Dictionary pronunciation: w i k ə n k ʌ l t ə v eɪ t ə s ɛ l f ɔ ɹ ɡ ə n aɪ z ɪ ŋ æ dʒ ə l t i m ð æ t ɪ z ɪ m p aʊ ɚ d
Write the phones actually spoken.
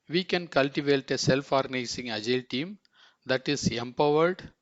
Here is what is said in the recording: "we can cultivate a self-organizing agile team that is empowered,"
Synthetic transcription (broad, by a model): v i k ə n k ʌ l t ə v eɪ t ə s ɛ l f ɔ ɹ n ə ɪ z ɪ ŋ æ dʒ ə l t i m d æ t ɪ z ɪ m p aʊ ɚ d